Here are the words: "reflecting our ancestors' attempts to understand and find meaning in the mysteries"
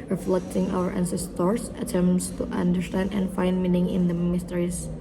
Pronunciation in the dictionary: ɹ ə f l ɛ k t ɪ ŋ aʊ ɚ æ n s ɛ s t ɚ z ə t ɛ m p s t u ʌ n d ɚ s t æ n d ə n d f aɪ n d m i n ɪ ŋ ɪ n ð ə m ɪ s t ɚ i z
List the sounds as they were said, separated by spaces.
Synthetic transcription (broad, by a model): ɹ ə f l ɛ k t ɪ ŋ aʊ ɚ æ n s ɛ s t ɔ s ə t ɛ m s t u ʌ n d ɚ s t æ n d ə n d f aɪ n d m i n ɪ ŋ ɪ n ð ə m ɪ s t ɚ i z